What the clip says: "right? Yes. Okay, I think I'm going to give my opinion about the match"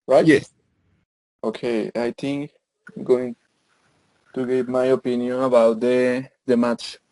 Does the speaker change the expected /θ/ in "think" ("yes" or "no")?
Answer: yes